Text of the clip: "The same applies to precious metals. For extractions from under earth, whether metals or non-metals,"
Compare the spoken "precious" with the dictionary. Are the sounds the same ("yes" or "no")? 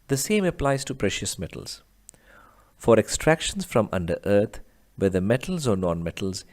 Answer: yes